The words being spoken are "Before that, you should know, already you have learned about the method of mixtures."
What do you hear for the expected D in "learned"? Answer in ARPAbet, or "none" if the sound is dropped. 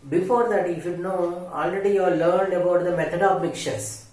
D